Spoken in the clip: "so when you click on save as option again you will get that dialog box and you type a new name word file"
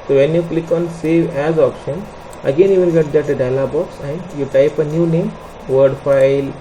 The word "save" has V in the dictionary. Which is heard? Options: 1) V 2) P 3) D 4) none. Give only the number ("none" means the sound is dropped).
1